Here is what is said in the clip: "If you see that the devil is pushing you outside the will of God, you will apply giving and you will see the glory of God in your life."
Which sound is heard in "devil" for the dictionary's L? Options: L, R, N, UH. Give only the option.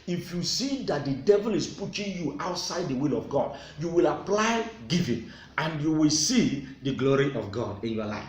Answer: L